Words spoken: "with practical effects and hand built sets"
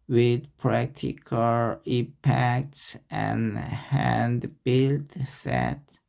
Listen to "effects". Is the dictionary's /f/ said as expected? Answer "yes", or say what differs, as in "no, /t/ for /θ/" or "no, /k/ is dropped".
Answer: no, /p/ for /f/